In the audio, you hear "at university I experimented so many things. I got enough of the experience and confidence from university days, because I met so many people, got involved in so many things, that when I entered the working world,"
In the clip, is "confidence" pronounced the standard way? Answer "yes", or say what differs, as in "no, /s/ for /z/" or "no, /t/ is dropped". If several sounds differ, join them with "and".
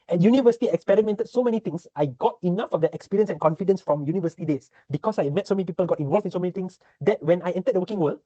yes